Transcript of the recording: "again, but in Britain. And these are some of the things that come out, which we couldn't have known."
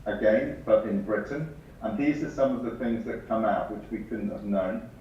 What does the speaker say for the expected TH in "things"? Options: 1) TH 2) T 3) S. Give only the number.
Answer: 1